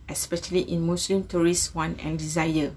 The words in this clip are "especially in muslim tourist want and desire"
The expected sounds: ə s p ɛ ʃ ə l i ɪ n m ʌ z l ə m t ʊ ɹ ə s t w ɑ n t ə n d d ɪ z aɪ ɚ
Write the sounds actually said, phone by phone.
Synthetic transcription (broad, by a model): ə s p ɛ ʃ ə l i ɪ n m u s l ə m t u ɹ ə s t w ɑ n ə n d d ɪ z aɪ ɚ